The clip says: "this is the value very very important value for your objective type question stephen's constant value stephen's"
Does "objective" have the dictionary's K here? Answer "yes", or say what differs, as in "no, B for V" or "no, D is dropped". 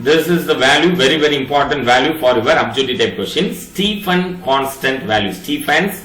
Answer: no, K is dropped